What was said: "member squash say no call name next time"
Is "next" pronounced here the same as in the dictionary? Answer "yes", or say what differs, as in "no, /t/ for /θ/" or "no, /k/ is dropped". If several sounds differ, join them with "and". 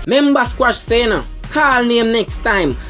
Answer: yes